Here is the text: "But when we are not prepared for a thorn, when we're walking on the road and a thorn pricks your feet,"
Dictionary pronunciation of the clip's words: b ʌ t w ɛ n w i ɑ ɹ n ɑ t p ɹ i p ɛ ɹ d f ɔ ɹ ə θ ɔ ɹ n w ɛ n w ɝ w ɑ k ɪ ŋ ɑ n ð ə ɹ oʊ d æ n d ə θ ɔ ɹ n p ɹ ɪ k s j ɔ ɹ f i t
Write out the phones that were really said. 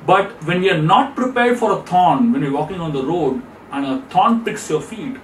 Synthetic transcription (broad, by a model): b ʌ t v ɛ n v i ɑ ɹ n ɑ t p ɹ i p ɛ ɹ d f ɔ ɹ ə t ɔ n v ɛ n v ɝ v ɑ k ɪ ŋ ɑ n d ə ɹ oʊ d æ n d ə t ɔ n p ɪ k s j ɔ ɹ f i t